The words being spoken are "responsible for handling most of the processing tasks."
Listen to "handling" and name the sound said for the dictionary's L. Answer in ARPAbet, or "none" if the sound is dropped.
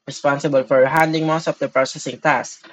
none